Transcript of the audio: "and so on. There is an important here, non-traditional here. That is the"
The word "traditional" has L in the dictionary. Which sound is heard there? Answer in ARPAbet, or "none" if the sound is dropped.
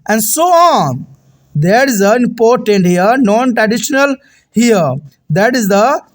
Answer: L